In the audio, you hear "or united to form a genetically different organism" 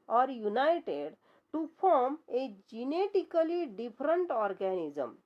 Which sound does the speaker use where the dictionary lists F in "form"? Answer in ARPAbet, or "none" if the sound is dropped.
P